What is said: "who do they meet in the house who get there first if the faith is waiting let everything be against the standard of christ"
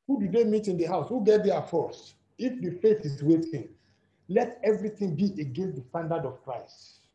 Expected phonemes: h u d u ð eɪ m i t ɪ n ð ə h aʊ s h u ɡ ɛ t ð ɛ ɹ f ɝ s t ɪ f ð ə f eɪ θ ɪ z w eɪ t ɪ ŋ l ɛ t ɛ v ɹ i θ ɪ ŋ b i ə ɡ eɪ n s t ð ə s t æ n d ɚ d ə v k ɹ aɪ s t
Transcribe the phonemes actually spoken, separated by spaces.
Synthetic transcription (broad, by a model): h u d u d eɪ m i t ɪ n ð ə h aʊ s h u ɡ ɛ t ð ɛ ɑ f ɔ s ɪ f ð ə f eɪ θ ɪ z w eɪ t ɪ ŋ l ɛ t ɛ v ɹ i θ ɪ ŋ b i ə ɡ eɪ n s t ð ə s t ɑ n d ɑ d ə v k ɹ aɪ s t